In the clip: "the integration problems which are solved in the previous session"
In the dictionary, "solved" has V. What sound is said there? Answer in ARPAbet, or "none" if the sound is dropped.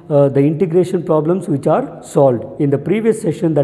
V